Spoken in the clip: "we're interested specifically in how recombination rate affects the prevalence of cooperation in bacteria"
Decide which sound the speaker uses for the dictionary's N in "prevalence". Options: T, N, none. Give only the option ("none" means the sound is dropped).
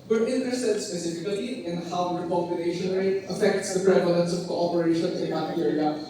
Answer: N